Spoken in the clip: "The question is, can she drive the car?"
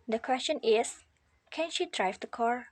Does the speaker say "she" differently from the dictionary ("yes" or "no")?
no